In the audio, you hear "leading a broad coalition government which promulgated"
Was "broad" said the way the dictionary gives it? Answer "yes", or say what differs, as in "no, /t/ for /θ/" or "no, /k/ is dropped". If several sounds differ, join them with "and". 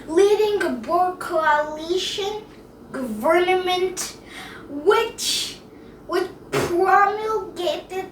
no, /ɹ/ is dropped